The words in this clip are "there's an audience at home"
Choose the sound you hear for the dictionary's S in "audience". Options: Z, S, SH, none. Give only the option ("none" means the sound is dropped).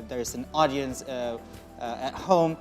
S